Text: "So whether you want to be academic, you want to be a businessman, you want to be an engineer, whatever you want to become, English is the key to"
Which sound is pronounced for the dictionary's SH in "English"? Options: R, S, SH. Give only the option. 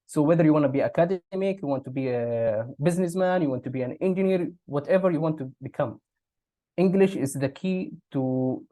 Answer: SH